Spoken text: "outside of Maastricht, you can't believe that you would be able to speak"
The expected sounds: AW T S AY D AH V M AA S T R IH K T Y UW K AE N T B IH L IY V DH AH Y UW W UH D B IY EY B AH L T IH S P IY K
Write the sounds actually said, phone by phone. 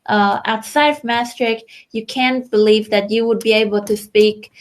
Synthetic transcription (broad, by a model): AW T S AY D AH V M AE S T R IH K Y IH K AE N B IH L IY V DH AH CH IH W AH D B IY EY B L T IH S P IY K